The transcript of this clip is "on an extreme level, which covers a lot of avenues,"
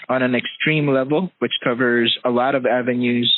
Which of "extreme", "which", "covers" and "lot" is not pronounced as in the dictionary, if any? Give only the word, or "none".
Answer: none